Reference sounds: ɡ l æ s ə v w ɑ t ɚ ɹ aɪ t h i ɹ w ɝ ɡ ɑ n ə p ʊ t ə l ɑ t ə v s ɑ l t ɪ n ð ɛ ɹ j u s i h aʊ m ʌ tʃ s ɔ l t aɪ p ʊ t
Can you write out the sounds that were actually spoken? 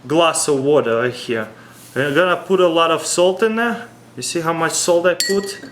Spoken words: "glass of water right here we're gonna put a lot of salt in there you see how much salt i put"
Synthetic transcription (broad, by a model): ɡ l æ s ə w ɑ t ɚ l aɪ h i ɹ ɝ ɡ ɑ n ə p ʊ t ə l ɑ t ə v s ɑ l t ɪ n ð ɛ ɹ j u s i h aʊ m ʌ tʃ s ɔ l t aɪ p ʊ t